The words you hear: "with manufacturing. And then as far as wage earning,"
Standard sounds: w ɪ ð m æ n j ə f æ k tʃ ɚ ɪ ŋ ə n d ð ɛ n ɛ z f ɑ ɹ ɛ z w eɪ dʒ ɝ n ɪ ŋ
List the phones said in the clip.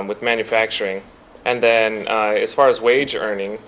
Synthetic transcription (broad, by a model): w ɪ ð m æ n j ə f æ k tʃ ɚ ɪ ŋ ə n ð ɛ n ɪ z f ɑ ɹ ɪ z w eɪ dʒ ɝ n ɪ ŋ